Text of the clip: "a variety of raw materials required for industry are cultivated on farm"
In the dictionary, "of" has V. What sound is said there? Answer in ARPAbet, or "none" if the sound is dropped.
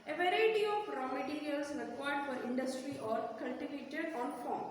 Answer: P